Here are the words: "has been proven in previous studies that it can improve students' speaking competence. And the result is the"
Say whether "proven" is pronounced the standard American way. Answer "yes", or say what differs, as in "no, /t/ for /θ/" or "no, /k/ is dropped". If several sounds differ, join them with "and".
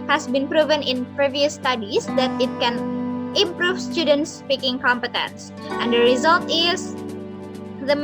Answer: yes